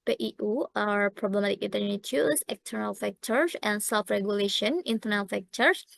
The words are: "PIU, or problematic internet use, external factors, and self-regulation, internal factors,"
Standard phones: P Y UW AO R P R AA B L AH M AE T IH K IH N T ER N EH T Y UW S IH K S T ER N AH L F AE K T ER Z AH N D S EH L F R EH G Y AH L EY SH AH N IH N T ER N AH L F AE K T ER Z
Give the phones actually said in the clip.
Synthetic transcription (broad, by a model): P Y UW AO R P R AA B L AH M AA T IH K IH T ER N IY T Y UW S IH K S T ER N AH L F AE K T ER S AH N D S EH L F R EH G Y AH L EY SH AH N IH N T ER N AH L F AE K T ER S